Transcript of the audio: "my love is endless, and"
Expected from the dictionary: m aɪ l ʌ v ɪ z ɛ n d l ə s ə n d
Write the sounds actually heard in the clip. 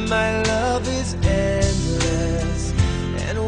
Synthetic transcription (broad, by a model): m aɪ l ʌ v ɪ z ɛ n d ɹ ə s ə n